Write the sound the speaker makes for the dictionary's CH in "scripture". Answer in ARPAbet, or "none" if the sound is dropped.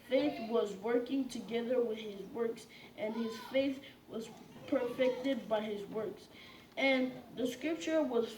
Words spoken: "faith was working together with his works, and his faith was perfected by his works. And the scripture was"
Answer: CH